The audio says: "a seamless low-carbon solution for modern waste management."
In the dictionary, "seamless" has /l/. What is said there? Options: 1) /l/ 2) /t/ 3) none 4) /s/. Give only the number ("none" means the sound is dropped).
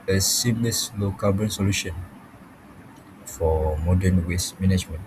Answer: 3